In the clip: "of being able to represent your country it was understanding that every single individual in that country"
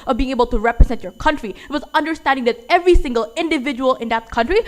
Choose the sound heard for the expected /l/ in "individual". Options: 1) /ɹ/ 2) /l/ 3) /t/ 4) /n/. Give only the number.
2